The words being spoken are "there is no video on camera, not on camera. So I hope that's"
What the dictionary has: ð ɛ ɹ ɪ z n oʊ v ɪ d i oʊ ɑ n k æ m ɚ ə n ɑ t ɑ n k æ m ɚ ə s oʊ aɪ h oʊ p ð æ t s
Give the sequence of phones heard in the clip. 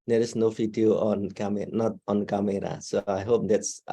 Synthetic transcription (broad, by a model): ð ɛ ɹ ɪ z n oʊ f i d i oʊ ɑ n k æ m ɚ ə n ɑ t ɑ n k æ m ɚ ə s oʊ aɪ h oʊ p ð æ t s